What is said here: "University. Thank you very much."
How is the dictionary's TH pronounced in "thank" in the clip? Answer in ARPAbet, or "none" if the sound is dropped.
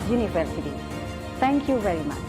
T